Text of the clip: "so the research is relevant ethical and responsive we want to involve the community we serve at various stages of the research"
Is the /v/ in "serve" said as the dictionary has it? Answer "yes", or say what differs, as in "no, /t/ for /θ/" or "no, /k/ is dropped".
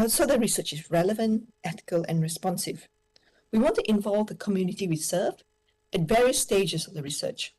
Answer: no, /f/ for /v/